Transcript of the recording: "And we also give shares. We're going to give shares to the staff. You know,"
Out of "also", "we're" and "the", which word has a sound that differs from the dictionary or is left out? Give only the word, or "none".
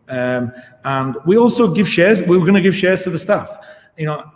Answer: we're